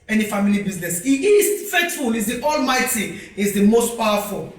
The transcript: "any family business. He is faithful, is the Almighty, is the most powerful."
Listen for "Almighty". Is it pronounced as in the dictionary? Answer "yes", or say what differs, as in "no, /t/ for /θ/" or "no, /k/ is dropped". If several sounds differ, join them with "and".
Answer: yes